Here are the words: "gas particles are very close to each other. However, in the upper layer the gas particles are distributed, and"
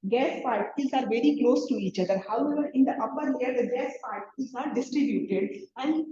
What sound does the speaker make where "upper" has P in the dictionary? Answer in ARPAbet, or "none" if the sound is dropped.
B